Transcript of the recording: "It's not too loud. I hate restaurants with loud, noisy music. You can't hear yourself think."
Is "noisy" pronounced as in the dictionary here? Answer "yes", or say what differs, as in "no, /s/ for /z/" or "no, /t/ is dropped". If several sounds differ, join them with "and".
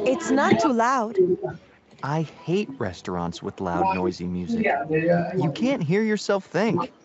yes